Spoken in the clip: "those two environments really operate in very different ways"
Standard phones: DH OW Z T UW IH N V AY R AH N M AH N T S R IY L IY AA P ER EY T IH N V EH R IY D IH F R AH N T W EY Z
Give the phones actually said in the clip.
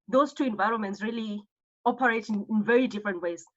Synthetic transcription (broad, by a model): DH OW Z T UW IH N V AY R AH N M AH N T S R IY L IY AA P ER EY T IH N V EH R IY D IH F R AH N T W EY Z